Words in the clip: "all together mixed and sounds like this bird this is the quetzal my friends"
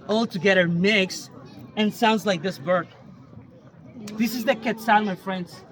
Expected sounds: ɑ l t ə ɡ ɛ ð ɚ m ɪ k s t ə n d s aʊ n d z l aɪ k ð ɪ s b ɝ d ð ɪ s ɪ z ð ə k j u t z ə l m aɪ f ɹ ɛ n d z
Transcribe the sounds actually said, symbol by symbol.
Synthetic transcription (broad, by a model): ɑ l t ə ɡ ɛ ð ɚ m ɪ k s ə n s aʊ n d z l aɪ k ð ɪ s b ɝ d ð ɪ s ɪ z ð ə k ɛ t s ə n m aɪ f ɹ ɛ n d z